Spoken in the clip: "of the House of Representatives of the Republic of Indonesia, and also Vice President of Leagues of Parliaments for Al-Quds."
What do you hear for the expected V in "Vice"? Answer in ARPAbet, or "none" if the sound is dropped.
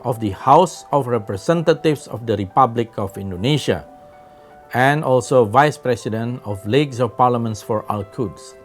V